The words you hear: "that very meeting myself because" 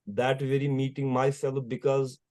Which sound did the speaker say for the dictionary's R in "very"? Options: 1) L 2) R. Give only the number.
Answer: 2